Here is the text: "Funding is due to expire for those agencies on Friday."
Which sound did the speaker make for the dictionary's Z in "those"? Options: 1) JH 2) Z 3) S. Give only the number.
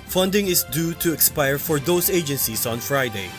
3